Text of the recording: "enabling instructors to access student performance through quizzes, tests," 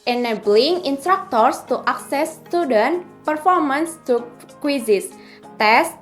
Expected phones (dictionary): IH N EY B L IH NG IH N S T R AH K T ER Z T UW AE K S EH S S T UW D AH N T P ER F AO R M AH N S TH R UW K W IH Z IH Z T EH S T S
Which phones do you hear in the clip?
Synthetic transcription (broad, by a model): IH N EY B L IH NG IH N S T R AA K T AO S T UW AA K S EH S S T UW D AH N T P ER F AO R M AH N S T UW K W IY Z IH S T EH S S